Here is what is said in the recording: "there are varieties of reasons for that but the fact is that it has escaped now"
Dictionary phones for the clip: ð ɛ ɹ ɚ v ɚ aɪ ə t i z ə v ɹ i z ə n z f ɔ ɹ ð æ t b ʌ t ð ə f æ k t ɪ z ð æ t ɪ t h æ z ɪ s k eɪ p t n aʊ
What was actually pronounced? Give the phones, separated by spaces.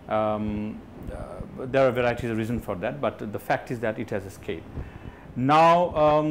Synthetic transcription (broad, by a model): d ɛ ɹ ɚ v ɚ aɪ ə t i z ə ɹ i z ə n f ɔ ɹ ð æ t b ʌ t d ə f æ k t ɪ z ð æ t ɪ t h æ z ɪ s k eɪ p n aʊ